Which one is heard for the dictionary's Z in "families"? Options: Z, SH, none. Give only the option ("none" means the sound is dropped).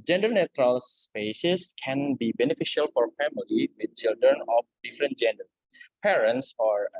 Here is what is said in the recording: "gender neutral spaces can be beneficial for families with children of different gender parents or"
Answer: none